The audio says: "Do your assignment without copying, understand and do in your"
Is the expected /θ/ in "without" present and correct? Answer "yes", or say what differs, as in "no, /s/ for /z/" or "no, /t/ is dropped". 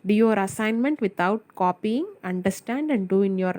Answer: no, /t/ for /θ/